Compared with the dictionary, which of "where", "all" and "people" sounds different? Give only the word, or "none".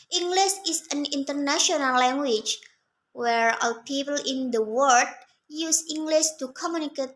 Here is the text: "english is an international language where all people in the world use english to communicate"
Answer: none